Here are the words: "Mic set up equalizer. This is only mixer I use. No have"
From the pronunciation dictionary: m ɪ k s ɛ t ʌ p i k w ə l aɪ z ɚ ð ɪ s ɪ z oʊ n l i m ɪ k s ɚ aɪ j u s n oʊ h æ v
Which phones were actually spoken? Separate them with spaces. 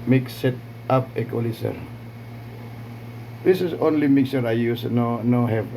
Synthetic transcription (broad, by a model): m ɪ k s ɛ t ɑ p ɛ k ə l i s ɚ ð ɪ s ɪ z oʊ n l i m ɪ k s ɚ aɪ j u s n oʊ h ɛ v